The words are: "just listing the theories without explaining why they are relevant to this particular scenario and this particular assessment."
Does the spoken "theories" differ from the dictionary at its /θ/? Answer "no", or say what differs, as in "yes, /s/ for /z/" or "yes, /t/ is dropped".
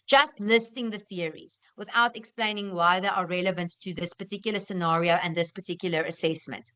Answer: no